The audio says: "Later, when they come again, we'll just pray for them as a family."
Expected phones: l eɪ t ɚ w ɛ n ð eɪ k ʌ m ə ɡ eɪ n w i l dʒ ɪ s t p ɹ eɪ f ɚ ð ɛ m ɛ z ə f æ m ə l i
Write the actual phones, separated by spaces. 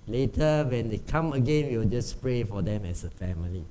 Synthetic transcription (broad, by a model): l eɪ t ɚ w ɛ n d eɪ k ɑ m ə ɡ eɪ n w i w dʒ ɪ s p ɹ eɪ f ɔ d ɛ m ɛ s ə f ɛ m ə l i